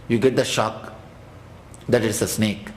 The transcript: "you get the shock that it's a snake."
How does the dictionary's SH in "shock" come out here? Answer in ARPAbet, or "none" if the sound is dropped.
SH